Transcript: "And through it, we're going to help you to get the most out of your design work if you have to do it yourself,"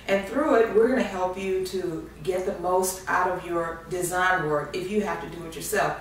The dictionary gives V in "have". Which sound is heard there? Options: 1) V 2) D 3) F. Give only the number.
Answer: 3